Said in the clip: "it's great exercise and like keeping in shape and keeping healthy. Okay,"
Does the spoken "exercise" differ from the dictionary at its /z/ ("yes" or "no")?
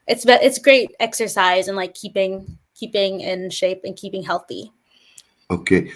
no